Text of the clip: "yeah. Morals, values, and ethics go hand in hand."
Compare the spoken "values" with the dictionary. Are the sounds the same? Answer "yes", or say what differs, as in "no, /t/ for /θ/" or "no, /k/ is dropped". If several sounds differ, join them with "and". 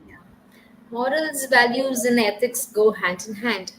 yes